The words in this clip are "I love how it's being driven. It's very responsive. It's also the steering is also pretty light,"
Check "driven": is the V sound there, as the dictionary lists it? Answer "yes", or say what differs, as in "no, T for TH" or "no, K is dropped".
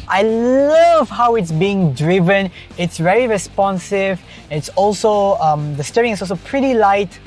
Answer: yes